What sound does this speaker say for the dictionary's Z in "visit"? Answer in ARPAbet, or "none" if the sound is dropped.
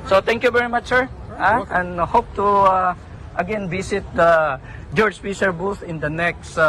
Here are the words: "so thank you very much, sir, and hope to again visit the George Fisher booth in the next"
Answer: S